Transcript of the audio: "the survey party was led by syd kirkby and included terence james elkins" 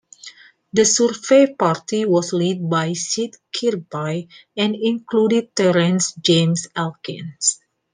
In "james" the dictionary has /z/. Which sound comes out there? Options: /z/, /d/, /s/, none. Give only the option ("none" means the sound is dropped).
/s/